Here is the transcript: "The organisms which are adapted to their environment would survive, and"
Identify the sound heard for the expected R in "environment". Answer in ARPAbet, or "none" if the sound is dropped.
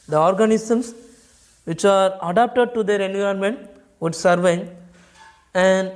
none